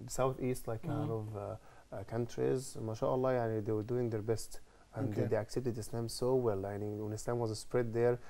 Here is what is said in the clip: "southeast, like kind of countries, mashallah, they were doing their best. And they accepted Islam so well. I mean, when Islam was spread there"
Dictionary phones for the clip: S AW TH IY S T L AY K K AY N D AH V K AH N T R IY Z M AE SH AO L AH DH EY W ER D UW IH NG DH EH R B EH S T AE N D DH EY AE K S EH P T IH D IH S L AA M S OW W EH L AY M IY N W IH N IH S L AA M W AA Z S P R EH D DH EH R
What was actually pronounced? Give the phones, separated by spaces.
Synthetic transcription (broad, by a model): S AW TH IY S T L AY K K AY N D AH V K AH N T R IY Z M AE SH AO L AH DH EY W ER D UW IH NG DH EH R B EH S T AE N D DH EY AE K S EH P T IH D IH S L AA M S OW W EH L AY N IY W IH N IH S L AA M W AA Z S P R EH D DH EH R